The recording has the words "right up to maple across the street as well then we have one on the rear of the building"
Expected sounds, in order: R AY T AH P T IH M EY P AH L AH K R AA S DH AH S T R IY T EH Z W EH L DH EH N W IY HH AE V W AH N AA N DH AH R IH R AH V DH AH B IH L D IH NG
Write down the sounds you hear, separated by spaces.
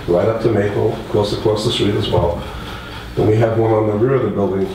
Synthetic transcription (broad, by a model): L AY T AH P T IH M EY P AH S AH K L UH S DH AH S T R IY T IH Z W EH L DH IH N W IY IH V W AH N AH N DH AH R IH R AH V DH AH B IH L D IH NG